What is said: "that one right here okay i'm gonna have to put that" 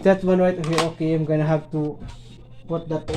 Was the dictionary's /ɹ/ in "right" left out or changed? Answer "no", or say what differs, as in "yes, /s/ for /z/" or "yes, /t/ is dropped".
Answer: yes, /w/ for /ɹ/